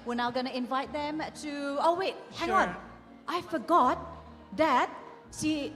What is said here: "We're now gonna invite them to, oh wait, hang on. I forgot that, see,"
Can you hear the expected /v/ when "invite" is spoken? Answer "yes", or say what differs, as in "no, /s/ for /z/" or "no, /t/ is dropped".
yes